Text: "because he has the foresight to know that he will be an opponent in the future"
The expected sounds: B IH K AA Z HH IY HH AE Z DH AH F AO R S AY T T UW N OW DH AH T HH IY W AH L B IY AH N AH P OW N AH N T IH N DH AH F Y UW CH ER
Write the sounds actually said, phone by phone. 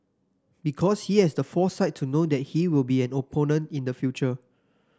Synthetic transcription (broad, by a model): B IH K AA S HH IY HH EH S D AH F AO S AY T T UW N OW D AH T HH IY W AH L B IY AH N AH P OW N AH N T IH N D AH F Y UW CH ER